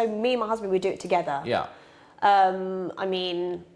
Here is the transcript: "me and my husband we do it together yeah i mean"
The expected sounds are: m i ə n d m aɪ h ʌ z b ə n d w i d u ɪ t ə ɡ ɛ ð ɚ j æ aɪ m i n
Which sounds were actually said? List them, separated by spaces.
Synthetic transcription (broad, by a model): m i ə n m aɪ h ʌ z b ə n d w i d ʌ ɪ t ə ɡ ɛ ð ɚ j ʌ aɪ m i n